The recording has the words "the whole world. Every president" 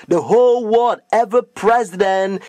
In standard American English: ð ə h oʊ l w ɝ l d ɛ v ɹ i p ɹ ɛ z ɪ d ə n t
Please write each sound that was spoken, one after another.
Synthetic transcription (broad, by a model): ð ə h oʊ l w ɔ d ɛ v i p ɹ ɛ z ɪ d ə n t